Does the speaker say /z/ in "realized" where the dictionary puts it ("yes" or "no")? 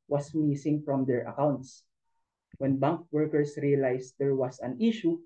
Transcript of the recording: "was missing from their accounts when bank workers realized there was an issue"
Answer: no